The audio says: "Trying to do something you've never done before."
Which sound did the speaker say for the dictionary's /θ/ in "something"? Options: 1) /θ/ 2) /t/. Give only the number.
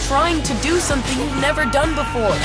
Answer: 1